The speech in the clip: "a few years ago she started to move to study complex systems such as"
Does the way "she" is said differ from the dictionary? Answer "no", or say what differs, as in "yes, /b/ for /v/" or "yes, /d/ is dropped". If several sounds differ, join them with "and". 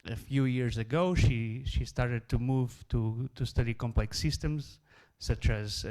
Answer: no